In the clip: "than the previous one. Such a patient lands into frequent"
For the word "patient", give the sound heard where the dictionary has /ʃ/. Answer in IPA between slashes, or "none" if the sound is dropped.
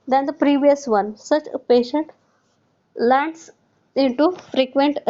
/ʃ/